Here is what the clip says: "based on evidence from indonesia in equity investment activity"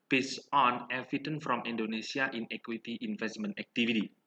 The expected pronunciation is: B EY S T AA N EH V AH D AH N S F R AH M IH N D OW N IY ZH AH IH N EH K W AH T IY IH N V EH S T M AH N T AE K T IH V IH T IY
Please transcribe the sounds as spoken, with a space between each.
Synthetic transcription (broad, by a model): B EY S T AA N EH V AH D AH N F R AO M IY N D OW N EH S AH IH N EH K W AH T IY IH N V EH S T M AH N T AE K T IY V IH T IY